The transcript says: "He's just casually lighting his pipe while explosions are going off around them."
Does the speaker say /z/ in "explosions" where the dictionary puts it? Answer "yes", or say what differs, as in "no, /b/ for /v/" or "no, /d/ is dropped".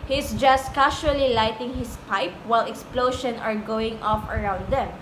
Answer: no, /z/ is dropped